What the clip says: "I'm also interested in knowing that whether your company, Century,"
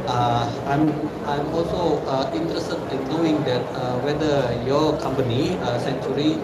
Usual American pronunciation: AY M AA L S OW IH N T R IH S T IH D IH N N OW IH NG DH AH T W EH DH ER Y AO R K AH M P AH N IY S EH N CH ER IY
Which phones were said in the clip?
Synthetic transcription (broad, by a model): AY M AA L S OW IH N T R IH S T IH D IH N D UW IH NG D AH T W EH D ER Y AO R K AH M P AH N IY S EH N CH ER IY